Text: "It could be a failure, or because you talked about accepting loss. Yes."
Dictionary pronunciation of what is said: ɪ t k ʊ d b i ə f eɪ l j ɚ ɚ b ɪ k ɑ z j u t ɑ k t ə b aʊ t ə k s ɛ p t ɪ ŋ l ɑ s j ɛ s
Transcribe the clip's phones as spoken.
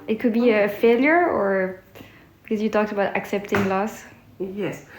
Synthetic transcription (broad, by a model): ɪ t k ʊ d b i ə f eɪ l j ɚ ɚ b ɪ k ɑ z j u t ɑ k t ə b aʊ t ə k s ɛ p t ɪ ŋ l ɑ s j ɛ s